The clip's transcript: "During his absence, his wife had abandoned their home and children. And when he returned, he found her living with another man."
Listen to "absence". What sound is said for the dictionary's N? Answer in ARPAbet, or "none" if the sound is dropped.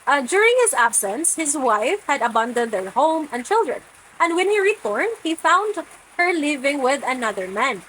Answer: N